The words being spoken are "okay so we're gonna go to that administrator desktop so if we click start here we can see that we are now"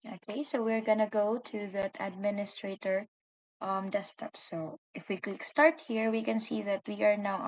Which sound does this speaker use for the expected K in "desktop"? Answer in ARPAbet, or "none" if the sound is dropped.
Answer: none